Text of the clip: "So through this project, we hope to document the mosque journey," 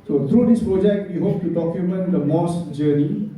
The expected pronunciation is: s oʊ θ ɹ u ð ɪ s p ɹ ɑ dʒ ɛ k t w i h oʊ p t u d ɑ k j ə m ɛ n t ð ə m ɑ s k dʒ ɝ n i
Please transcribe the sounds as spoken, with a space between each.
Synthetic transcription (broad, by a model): s oʊ t ɹ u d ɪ s p ɹ ɑ dʒ ɛ k t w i h oʊ p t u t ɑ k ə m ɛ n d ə m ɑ s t dʒ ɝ n i